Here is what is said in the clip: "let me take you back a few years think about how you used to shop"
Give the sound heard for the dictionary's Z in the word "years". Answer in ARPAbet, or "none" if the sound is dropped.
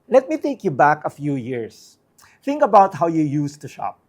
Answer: S